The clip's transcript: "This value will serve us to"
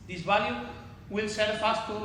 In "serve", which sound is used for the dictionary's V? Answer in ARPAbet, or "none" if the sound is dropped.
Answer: F